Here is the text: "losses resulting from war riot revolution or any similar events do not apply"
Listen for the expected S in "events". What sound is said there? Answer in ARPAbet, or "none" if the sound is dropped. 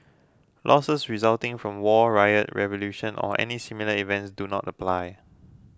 S